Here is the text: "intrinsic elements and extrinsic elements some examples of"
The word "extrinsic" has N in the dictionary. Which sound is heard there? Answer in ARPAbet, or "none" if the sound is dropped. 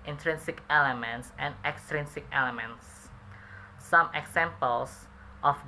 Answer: N